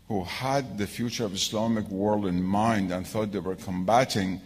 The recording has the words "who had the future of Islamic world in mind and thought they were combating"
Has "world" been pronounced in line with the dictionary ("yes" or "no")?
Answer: yes